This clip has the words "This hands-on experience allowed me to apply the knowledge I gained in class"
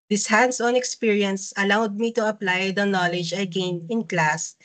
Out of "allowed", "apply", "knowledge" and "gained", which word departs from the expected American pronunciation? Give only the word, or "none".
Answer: gained